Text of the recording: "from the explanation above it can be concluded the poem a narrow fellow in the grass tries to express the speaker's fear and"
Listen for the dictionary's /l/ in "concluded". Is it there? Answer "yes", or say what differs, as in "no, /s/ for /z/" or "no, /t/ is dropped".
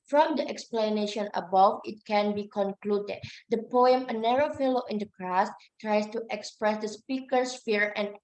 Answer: yes